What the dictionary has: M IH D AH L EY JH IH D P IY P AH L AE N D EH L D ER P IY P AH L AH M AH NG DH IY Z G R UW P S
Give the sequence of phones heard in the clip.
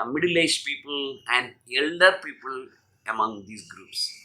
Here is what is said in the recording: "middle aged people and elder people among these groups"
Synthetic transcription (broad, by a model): M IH D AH L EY IH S P IY P AH L AE N D EH L D ER P IY P AH L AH M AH NG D IY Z G R UW P S